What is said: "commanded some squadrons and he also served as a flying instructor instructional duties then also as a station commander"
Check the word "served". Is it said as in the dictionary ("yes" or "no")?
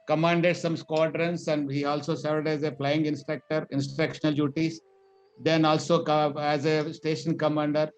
no